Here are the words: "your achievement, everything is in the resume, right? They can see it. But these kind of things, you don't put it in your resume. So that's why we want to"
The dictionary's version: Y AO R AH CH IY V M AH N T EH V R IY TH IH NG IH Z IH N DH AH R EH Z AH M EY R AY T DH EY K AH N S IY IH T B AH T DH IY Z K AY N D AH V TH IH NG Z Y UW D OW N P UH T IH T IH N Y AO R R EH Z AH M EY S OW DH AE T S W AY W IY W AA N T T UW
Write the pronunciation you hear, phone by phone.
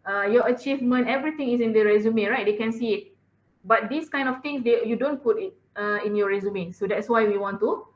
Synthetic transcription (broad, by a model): Y AO AH CH IY V M AH N T EH V R IY T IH NG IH S IH N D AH R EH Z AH M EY R AY T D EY K AH N S IY IH T B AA T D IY S K AY N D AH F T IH NG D Y UW D OW N P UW T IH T IH N Y AO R R EH Z AH M EY S OW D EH T S W AY W IY W AA N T T UW